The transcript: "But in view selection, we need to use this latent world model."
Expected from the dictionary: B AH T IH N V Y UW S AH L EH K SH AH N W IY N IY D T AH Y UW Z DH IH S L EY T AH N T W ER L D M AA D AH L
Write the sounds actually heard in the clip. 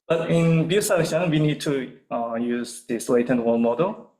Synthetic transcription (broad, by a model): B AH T IH N B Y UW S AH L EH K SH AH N W IY N IY D T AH Y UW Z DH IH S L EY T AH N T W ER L M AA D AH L